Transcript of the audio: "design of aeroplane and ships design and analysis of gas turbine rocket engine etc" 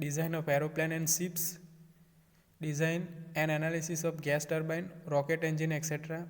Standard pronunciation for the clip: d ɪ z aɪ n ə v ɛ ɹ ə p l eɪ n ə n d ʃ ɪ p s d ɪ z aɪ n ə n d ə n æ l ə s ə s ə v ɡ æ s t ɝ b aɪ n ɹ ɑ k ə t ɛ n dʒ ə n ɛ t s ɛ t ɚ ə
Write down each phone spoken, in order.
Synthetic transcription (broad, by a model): d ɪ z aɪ n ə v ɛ ɹ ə p l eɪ n ə n d s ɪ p s d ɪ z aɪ n ə n d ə n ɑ l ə s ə s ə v ɡ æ s t ɝ b aɪ n ɹ ɑ k ə t ɛ n dʒ ə n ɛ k s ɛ t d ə